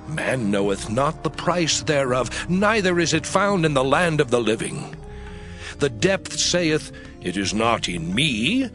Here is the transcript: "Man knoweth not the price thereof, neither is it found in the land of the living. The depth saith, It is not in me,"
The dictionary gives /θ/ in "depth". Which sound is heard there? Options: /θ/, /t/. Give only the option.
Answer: /θ/